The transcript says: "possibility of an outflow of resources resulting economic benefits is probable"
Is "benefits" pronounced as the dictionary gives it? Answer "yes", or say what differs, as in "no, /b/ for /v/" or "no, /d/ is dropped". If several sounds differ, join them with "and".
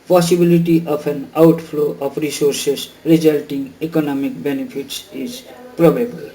no, /p/ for /f/